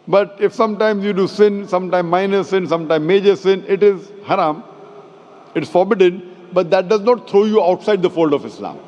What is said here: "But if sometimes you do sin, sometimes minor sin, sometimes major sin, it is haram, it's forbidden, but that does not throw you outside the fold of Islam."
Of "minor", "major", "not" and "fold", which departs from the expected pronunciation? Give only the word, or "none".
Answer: none